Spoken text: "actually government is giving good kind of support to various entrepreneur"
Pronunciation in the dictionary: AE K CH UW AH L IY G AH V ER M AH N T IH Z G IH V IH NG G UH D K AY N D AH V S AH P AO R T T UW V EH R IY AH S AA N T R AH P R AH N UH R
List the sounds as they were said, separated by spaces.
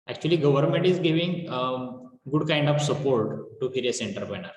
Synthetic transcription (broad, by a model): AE K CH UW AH L IY G AH V ER M AH N T IH Z G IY V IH NG G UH D K AY N D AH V S AH P AO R T T UW F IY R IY S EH N T AH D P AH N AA R